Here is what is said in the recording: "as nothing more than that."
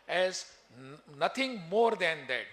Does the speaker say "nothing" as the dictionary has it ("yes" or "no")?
no